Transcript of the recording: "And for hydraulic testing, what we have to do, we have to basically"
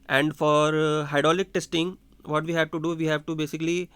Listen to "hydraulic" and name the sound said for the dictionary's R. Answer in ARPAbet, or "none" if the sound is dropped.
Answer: none